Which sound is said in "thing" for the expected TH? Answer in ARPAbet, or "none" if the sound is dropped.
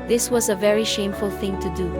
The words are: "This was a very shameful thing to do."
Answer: TH